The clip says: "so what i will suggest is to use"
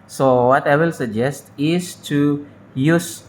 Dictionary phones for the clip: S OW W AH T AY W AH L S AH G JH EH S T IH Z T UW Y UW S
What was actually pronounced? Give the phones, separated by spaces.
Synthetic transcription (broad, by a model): S OW W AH T AY W AH L S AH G JH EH S T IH S T UW Y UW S